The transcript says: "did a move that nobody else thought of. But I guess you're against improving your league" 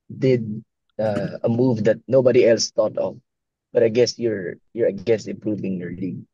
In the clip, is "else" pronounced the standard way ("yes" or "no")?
yes